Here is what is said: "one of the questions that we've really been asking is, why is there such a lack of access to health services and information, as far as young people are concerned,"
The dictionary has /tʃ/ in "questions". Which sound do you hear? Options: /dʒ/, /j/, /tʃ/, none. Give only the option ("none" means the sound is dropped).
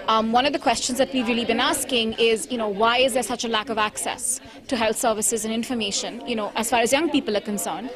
/tʃ/